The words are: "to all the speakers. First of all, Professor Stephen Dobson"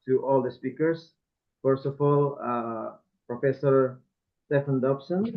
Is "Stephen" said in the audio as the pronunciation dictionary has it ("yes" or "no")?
no